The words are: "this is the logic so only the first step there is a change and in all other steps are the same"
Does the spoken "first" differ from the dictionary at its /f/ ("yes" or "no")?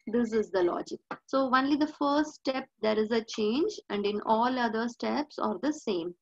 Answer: no